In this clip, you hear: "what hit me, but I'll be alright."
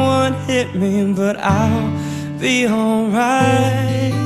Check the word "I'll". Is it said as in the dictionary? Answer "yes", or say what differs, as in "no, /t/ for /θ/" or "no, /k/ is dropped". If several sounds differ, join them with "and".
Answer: yes